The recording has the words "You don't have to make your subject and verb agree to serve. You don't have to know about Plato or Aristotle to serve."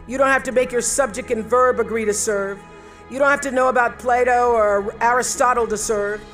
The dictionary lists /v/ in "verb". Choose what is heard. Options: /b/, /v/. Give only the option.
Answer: /v/